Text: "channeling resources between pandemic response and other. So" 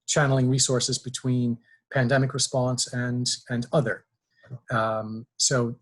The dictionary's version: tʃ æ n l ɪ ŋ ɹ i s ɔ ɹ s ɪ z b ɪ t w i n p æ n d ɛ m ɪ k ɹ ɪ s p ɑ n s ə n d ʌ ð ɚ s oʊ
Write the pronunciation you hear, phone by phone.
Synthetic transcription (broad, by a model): tʃ æ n l ɪ ŋ ɹ i s ɔ ɹ s ɪ z b ɪ t w i n p æ n d ɛ m ɪ k ɹ ɪ s p ɑ n s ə n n ʌ ð ɚ s oʊ